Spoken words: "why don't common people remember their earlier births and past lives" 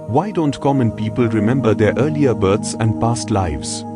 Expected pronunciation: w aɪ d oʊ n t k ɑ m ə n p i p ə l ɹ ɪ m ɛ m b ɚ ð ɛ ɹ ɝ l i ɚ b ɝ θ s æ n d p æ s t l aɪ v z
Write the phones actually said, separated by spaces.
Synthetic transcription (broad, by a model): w aɪ d oʊ n t k ɑ m ə n p i p ə l ɹ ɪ m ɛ m b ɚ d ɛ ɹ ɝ l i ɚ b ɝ t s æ n d p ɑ s t l aɪ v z